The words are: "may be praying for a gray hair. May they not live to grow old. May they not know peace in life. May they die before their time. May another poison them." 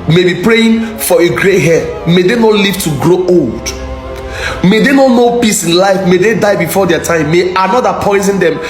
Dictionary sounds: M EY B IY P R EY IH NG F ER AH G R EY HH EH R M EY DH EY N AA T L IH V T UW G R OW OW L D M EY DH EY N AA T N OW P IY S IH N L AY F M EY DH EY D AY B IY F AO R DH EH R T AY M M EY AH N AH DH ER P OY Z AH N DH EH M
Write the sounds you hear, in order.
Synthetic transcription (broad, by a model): M EY B IY P R EY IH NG F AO AH G R EY HH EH M EY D EY N AA T L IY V T UW G R OW OW L D M EY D EY N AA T N OW P IY S IH N L AY F M EY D EY D AY B IY F AO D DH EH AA T AY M M EY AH N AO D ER P OY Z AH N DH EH M